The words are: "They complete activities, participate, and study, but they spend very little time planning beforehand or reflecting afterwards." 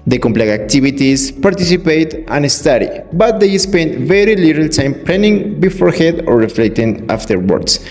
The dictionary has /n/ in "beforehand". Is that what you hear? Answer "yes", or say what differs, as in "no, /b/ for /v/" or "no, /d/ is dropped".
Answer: no, /n/ is dropped